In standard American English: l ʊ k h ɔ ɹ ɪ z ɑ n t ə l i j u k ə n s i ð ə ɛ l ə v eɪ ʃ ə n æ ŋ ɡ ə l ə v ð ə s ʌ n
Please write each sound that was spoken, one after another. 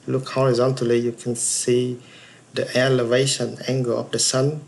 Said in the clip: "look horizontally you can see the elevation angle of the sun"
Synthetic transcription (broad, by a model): l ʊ k h ɔ ɹ ɪ z ɑ n t ə l i j u k ə n s i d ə ɛ l ə v eɪ ʃ ə n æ ŋ ɡ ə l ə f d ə s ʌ n